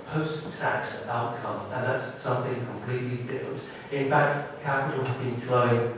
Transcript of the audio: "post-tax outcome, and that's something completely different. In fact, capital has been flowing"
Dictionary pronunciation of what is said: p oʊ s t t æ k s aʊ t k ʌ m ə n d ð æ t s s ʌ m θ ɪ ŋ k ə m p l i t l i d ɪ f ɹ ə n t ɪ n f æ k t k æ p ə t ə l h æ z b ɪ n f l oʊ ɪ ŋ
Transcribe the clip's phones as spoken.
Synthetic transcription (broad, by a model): p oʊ s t t æ k s aʊ t k ʌ m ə n ð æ t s s ʌ m θ ɪ ŋ k ə m p l i t l i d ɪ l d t ɪ n f æ k t k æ p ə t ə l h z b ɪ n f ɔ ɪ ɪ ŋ